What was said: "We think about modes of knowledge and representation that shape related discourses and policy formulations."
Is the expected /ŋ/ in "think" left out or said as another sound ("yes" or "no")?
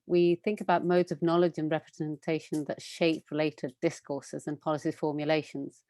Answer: no